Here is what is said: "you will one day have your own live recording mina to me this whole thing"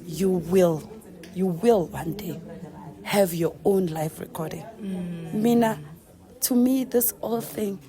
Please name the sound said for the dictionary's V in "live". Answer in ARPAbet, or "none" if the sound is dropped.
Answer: F